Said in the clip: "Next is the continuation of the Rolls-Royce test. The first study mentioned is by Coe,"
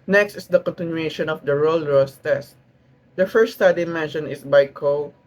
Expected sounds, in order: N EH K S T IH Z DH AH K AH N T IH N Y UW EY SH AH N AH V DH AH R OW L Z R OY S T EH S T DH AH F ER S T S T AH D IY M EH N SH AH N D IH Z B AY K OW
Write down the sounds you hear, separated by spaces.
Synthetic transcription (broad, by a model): N EH K S T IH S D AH K AH N T IH N Y UW EY SH AH N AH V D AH R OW L R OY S T EH S T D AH F ER S T S T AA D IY M EH N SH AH N IH S B AY K OW